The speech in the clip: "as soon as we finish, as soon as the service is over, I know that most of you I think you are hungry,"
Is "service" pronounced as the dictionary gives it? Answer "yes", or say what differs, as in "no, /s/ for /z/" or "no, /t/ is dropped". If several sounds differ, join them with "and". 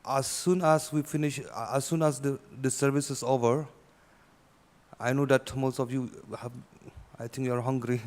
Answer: yes